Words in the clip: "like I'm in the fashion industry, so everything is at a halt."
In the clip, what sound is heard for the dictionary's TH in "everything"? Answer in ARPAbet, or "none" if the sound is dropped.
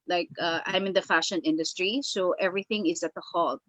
TH